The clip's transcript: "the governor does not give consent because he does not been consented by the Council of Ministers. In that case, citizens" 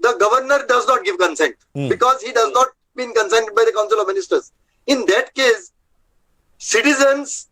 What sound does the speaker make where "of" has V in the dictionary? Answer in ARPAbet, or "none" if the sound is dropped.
V